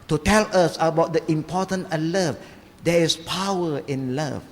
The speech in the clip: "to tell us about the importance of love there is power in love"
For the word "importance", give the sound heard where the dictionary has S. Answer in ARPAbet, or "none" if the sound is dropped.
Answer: none